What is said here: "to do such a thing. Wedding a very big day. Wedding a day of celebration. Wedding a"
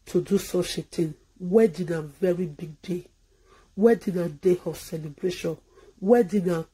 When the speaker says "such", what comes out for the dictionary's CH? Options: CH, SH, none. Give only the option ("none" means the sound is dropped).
SH